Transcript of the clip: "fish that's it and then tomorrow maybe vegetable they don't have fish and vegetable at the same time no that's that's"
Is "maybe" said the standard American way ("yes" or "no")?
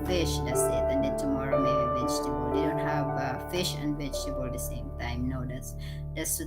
no